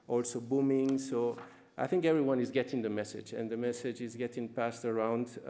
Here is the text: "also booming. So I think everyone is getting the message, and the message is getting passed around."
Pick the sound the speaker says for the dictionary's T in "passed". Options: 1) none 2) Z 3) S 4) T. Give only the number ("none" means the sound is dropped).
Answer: 4